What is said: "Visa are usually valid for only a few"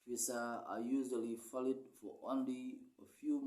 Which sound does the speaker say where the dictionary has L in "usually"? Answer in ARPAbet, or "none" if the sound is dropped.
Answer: L